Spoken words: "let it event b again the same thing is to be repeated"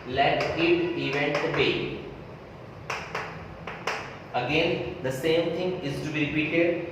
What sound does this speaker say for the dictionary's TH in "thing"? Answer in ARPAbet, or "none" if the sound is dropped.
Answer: T